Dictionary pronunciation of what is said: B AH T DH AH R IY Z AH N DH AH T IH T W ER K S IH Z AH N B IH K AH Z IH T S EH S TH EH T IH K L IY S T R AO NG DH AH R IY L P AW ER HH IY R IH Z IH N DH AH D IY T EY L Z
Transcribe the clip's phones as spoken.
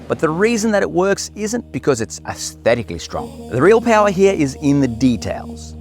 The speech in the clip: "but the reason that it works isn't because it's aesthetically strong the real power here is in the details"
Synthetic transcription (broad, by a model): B AH T DH AH R IY Z AH N DH AH T IH T W ER K S IH Z AH N B IH K AH Z IH T S EH S TH EH T IH K L IY S T R AO NG DH AH R IY L P AW ER HH IY R IH Z IH N DH AH D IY T EY L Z